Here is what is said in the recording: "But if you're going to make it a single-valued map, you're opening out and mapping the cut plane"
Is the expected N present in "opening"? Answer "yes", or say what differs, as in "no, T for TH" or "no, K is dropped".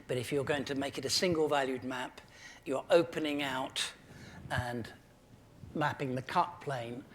yes